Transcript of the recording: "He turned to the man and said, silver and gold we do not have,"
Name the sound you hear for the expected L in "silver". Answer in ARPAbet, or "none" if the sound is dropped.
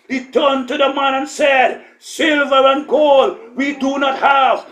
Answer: L